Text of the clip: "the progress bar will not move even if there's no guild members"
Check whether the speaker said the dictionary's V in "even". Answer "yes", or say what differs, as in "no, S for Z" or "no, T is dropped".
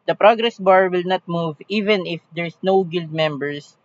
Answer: yes